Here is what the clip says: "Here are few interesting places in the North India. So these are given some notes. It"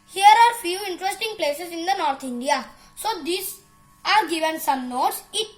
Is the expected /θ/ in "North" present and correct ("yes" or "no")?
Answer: no